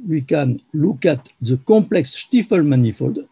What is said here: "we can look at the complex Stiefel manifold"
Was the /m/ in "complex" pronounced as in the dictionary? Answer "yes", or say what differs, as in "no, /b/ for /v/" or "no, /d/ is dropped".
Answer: yes